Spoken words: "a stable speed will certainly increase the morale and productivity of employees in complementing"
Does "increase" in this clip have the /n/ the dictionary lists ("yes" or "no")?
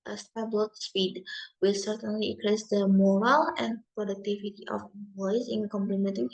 no